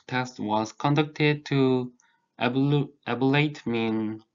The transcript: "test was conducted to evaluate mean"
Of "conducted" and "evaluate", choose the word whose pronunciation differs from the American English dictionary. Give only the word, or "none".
evaluate